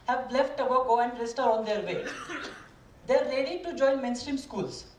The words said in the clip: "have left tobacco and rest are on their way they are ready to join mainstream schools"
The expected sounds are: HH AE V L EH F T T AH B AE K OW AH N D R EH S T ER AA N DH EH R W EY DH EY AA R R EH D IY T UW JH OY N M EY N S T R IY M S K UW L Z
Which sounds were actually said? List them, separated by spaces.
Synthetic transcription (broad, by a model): HH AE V L EH F T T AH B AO K OW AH N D R EH S T ER AA N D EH R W EY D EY R L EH D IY T UW JH OY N M EY N S T R IY M S K UW L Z